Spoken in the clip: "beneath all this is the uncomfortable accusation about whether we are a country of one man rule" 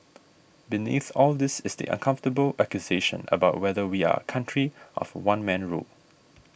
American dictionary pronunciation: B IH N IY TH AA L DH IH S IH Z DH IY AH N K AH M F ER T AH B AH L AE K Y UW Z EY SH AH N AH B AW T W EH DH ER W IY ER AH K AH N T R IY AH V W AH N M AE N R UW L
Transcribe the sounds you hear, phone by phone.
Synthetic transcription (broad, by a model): B IH N IY TH AA L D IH S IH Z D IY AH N K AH M F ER T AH B AH L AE K Y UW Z EY SH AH N AH B AW T W EH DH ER W IY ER AH K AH N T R IY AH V W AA N M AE N R UW L